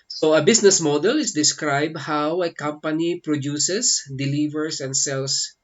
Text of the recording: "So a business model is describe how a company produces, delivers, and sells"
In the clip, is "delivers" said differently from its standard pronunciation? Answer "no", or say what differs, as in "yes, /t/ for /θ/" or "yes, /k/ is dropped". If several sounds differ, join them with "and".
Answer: yes, /s/ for /z/